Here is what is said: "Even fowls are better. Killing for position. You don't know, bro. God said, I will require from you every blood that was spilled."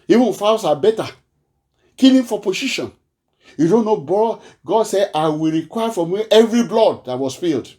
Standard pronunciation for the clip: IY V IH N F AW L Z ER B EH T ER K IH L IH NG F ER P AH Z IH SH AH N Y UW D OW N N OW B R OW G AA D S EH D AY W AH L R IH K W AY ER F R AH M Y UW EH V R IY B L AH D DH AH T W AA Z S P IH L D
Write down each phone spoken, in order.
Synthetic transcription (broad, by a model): IY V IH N F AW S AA B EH T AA K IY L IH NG F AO P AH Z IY SH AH N Y UW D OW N N OW B OW G AA D S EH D AY W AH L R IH K W AY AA F R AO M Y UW EH V R IY B L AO D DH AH T W AA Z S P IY L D